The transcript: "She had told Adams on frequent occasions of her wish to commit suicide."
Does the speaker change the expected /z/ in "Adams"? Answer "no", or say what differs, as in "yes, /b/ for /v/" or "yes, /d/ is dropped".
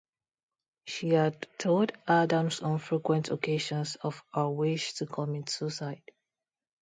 yes, /s/ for /z/